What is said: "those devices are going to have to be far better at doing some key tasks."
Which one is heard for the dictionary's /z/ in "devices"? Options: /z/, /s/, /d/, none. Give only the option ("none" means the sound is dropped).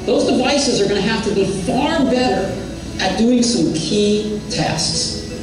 /z/